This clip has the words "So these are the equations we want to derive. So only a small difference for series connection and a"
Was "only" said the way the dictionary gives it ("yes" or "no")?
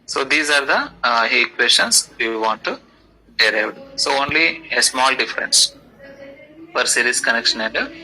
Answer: yes